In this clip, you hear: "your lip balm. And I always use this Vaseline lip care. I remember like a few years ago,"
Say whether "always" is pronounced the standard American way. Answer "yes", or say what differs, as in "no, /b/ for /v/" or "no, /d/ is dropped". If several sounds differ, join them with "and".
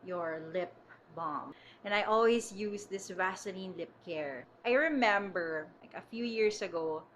no, /s/ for /z/